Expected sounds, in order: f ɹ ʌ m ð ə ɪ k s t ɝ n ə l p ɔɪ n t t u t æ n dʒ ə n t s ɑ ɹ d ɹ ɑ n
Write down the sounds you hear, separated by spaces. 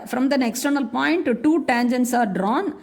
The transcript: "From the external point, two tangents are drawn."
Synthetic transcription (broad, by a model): f ɹ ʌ m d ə ɪ k s t ɝ n ə l p ɔɪ n t t u t æ n dʒ ə n t s ɑ ɹ d ɹ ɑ n